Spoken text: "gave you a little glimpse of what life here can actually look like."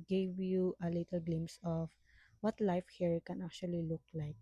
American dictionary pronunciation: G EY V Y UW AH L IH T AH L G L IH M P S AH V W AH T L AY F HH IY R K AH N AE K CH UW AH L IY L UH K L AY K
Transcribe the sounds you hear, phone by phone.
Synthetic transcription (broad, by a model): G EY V Y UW AH L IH T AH L G L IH M S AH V W AH T L AY F HH IY R K AH N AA K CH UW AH L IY L UH K L AY K